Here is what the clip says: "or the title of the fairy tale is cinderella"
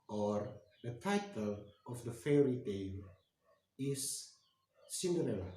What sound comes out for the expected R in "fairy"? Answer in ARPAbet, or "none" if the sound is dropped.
R